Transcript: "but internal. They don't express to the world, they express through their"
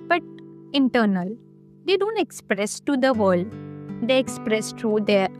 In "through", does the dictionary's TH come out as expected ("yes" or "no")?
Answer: no